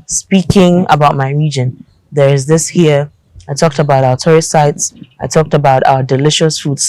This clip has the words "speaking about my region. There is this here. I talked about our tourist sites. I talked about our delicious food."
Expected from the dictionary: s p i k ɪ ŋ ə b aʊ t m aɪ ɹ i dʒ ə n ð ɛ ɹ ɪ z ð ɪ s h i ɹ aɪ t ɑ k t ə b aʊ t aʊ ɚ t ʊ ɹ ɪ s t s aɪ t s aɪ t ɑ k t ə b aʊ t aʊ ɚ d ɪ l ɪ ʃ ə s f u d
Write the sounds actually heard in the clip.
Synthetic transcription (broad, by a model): s p i k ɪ ŋ ə b aʊ t m aɪ ɹ i dʒ ə n ð ɛ ɹ ɪ z ð ɪ s h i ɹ aɪ t ɑ k t ə b aʊ t aʊ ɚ t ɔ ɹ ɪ t s aɪ t s aɪ t ɑ k t ə b aʊ t aʊ ɚ d ɪ l ɪ ʃ ə s f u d